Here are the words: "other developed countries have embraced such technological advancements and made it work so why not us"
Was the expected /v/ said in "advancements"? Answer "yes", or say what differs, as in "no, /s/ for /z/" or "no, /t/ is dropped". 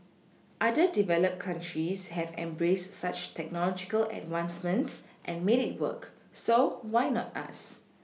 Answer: no, /w/ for /v/